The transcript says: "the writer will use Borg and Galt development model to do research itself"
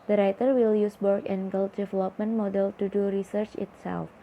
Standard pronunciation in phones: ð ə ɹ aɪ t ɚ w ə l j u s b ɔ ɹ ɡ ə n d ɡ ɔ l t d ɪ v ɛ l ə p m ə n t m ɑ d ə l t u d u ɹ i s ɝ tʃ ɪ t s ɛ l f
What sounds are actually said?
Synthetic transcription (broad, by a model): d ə ɹ aɪ t ɚ w ə l j u s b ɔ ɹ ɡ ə n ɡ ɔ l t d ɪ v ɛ l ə p m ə n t m ɑ d ə l t u d u ɹ i s ɝ tʃ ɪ t s ɛ l f